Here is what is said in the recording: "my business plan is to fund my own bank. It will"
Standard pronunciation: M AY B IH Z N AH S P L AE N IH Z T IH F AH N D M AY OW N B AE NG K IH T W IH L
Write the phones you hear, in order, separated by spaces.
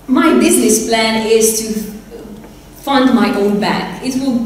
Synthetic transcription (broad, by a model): M AY B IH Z N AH S P L AE N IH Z T IH F AH N D M AY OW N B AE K IH T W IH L